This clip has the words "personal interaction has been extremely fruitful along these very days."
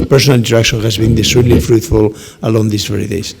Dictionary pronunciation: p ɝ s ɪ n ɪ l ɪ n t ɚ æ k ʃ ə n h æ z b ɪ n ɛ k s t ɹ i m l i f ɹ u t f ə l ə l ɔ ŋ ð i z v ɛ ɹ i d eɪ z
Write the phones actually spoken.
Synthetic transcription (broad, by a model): p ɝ s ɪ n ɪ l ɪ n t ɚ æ k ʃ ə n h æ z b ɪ n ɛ s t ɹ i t l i f ɹ u t f ə l ə l ɔ ŋ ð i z v ɛ ɹ i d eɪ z